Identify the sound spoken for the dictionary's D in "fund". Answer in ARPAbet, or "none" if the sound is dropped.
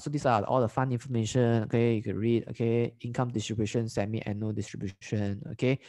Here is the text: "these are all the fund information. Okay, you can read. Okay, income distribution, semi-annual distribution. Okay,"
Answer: none